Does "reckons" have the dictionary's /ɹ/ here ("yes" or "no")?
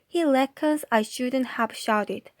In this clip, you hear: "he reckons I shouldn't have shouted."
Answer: no